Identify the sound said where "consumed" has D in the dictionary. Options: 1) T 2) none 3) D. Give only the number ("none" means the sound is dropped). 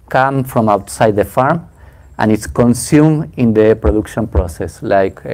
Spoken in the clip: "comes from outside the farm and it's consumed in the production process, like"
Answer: 2